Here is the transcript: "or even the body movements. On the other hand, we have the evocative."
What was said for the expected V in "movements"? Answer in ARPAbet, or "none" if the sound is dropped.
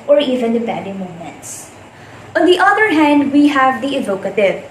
none